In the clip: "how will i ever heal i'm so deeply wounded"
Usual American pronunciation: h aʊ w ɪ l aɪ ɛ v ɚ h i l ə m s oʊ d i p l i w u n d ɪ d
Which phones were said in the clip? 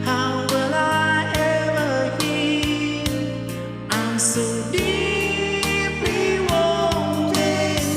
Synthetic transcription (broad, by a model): h aʊ w ɪ l aɪ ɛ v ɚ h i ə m s oʊ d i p i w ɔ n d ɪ